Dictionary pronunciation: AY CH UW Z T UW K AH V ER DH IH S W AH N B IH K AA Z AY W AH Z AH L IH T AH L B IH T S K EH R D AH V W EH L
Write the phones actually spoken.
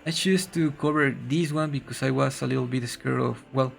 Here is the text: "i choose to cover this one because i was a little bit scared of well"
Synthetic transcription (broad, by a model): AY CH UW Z T UW K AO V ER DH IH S W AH N B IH K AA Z AY W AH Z AH L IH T L B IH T S K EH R AH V W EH L